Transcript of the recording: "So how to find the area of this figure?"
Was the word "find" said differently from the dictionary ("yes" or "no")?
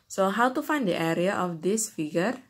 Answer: no